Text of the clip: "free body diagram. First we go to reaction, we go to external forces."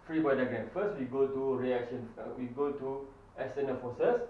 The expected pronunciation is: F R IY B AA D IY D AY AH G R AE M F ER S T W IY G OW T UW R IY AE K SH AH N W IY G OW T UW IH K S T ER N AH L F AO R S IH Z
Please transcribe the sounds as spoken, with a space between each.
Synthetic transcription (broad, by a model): F R IY B AA D IY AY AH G EH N F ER S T W IY G OW T UW R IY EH K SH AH N W IY G OW T UW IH S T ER N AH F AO S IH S